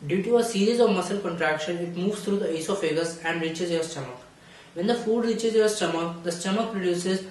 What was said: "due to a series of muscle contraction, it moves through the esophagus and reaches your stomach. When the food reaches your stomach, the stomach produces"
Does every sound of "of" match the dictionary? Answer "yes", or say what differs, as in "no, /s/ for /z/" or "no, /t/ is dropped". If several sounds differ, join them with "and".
yes